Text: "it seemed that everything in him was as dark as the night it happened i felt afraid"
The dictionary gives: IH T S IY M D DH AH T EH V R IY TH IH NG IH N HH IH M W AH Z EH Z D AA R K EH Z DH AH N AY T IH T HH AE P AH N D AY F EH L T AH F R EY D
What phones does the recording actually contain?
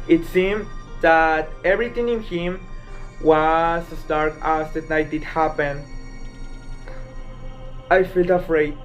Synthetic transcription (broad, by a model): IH T S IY M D DH AH T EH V R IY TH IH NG IH N HH IH M W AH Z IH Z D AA R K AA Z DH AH N AY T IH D HH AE P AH N AY F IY L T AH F R EY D